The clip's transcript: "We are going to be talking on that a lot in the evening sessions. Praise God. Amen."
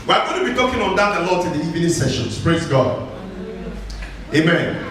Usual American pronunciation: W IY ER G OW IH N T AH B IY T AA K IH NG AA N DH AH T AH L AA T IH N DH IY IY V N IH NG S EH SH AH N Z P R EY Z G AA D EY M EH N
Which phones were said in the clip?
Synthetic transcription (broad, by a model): W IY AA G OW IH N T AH B IY T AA K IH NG AA N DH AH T AH L AA T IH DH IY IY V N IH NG S EH SH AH N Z P R EY Z G AA D EY M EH N